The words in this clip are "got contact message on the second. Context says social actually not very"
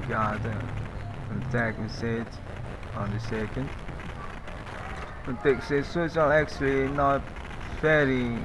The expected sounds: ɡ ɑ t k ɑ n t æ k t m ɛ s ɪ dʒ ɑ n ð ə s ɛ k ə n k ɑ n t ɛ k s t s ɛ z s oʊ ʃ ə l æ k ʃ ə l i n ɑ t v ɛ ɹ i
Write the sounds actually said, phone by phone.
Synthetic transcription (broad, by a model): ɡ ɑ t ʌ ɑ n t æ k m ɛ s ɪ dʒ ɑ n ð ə s ɛ k ə n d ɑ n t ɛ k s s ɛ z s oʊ s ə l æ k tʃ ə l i n ɑ t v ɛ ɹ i